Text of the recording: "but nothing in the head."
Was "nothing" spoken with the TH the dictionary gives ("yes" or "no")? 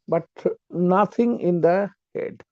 no